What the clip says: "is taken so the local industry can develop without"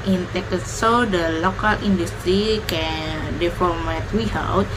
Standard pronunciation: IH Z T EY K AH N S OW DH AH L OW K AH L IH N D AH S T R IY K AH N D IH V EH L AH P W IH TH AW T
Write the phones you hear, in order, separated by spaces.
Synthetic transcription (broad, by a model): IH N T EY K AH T S OW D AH L OW K AH L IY N D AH S T R IY K AH N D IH F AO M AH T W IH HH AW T